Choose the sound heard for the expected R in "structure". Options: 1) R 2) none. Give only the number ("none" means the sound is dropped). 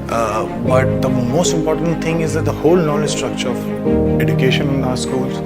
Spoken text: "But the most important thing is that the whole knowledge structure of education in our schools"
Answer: 1